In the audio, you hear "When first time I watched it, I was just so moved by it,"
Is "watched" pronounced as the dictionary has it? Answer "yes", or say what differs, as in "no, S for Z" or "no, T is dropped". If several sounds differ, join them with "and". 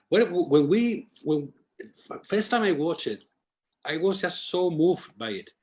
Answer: no, T is dropped